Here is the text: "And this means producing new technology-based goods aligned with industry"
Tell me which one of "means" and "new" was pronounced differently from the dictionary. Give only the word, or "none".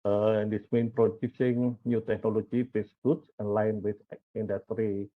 means